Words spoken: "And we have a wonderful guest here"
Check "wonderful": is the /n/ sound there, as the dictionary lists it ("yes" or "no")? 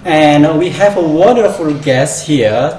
yes